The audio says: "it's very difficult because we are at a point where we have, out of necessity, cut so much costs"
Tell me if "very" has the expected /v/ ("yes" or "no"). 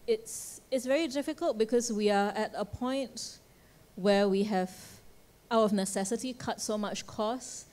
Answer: yes